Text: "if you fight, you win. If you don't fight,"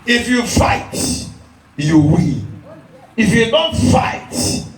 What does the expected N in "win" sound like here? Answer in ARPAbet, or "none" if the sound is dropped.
L